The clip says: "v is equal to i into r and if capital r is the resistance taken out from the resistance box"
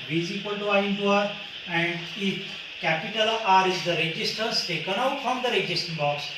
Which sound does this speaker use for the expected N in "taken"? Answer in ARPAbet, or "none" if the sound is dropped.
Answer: N